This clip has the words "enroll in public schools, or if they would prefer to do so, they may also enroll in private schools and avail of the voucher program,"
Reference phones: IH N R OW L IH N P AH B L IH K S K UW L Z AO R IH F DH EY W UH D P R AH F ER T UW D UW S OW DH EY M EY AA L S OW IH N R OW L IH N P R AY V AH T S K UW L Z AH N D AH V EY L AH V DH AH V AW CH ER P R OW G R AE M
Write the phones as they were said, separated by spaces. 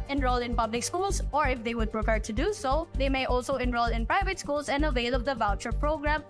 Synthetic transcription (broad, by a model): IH N R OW L IH N P AH B L IH K S K UW L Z AO R IH F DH EY W UH D P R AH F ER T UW D UW S OW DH EY M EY AA L S OW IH N R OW L IH N P R AY V AH T S K UW L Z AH N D AH V EY L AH B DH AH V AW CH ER P R OW G R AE M